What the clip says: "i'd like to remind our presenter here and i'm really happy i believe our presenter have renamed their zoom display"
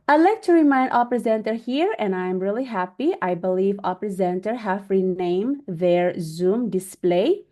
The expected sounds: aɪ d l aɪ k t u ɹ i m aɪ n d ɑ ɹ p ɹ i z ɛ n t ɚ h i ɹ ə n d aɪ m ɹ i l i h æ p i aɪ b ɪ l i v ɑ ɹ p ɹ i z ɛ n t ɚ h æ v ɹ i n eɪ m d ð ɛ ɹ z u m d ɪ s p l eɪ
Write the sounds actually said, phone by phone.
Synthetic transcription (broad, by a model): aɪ l aɪ k t u ɹ i m aɪ n d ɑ p ɹ i z ɛ n t ɚ h i ɹ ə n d aɪ m ɹ i l i h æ p i aɪ b ɪ l i v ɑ p ɹ i z ɛ n t ɚ h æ f ɹ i n eɪ m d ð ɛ ɹ z u m d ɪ s p l eɪ